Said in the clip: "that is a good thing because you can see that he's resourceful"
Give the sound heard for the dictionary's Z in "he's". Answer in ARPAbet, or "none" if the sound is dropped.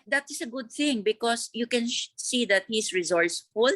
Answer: S